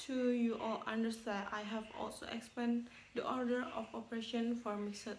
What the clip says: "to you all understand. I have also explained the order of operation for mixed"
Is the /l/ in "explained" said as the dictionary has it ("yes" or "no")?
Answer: no